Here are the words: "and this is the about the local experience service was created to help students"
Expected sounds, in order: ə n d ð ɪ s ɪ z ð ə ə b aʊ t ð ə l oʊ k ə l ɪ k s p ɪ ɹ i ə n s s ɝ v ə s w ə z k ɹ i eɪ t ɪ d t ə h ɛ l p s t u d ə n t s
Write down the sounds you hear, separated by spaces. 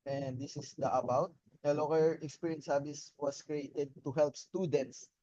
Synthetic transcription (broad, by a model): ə n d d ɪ s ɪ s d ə ə b aʊ t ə l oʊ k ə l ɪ k s p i ɹ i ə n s s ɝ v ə s w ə s k ɹ i eɪ t ɪ d t ə h ɛ l p s t u d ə n t s